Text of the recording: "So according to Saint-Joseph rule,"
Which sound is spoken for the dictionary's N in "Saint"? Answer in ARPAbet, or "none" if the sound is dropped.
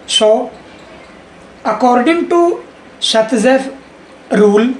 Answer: none